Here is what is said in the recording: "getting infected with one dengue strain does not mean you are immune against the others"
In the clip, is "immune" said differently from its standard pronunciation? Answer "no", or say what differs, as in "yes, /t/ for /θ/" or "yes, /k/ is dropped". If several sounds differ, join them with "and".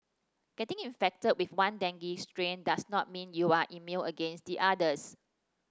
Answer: yes, /l/ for /n/